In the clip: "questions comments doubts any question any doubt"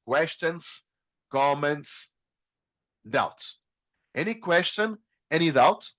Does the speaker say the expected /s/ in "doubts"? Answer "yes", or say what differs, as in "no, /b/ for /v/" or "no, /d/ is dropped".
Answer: no, /s/ is dropped